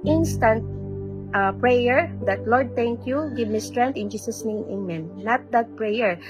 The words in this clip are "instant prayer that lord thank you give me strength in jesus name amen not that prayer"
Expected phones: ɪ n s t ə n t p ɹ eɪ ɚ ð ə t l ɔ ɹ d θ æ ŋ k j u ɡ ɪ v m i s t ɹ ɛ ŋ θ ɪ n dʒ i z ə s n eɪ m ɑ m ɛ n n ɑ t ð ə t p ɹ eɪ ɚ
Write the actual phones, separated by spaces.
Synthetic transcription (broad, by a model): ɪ n s t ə n t p ɹ eɪ ɚ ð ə t l ɔ ɹ d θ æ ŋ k j u ɡ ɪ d m i s t ɹ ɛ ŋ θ ɪ n dʒ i s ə s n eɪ ɑ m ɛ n n ɑ t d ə t p ɹ eɪ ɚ